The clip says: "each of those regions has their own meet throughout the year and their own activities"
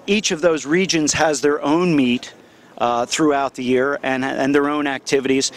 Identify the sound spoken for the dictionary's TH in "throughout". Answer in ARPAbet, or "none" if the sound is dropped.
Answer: TH